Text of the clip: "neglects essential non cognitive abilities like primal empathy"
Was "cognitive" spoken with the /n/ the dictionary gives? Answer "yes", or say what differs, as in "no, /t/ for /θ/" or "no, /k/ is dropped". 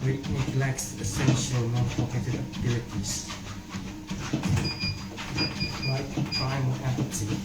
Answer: no, /n/ is dropped